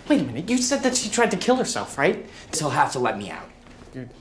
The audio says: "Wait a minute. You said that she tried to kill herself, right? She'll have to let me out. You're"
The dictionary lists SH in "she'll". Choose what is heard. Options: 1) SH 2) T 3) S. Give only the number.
3